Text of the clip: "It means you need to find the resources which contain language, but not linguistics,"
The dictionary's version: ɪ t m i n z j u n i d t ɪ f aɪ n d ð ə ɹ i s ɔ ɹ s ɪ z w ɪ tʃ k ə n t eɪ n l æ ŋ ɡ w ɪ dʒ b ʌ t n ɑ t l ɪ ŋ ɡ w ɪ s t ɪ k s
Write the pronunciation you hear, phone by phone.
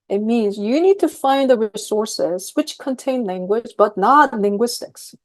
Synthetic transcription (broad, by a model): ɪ t m i n z j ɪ n i d t ɪ f aɪ n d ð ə ɹ i s ɔ ɹ s ɪ z w ɪ tʃ k ə n t eɪ n l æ ŋ ɡ w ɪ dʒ b ʌ t n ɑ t l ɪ ŋ ɡ w ɪ s t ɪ k s